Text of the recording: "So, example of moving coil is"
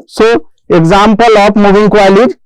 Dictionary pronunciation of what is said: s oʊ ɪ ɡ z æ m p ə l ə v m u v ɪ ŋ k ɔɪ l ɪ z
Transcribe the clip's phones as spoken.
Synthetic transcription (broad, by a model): s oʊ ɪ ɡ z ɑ m p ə l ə p m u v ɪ ŋ k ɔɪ l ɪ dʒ